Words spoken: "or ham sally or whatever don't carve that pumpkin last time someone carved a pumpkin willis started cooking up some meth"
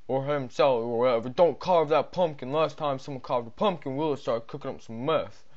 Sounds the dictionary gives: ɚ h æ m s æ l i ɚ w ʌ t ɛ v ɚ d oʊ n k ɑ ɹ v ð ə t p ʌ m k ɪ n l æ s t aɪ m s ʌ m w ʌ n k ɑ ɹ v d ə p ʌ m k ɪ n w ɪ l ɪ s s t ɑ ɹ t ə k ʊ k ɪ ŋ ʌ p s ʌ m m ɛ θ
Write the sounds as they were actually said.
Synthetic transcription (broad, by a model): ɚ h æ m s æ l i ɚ w ʌ t ɛ v ɚ d oʊ n k ɑ ɹ v ð ə t p ʌ m k ɪ n l æ s t aɪ m s ʌ m w ʌ n k ɑ ɹ v d ə p ʌ m k ɪ n w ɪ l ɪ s s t ɑ ɹ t k ʊ k ɪ ŋ ʌ p s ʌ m m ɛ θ